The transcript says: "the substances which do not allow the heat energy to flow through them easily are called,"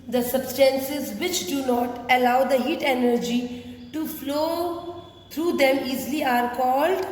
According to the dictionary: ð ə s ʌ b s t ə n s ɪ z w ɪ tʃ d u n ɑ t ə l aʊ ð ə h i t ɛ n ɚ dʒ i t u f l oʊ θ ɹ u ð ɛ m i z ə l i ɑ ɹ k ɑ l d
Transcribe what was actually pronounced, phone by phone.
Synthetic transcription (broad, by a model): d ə s ʌ b s t ə n s ɪ z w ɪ tʃ d u n ɑ t ə l aʊ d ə h i t ɛ n ɚ dʒ i t u f l oʊ t ɹ u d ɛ m i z l i ɑ ɹ k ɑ l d